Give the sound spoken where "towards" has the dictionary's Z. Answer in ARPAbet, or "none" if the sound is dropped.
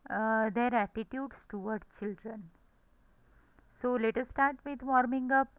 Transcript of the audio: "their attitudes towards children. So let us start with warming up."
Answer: none